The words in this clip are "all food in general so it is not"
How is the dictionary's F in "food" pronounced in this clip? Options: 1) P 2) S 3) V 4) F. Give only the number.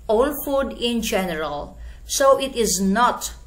4